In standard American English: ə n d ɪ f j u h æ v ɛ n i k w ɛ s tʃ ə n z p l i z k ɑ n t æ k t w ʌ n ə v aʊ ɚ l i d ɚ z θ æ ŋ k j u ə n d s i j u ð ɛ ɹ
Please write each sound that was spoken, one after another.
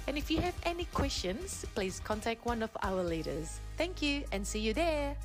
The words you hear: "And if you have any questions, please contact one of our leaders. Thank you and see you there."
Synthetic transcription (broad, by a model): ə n ɪ f j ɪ v ɛ n i k w ɛ s tʃ ə n z p l i z k ɑ n t æ k t w ʌ n ə v aʊ ɚ l i d ɚ z θ æ ŋ k j u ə n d s i j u ð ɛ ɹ